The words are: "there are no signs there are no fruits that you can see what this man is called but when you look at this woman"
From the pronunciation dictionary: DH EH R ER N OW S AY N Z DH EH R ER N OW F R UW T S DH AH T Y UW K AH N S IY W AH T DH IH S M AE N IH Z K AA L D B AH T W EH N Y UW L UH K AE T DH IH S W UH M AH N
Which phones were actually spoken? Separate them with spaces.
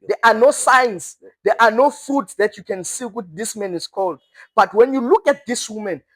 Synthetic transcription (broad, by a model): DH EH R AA N OW S AY N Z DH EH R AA N OW F UW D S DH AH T Y UW K AH N S IY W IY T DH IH S M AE N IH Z K AA L D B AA T W EH N Y UW L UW K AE T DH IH S W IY M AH N